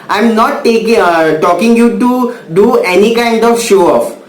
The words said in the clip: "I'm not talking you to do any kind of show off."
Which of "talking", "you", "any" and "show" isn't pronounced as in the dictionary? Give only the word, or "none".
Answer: none